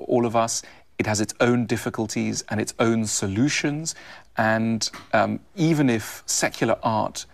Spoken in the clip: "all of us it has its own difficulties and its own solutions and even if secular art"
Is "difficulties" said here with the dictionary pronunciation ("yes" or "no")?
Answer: yes